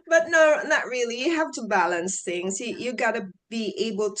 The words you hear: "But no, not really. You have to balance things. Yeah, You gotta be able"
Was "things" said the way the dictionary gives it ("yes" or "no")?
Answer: yes